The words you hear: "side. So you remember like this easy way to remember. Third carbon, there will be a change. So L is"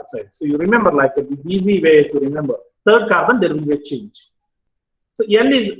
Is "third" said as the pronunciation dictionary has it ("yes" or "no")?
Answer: no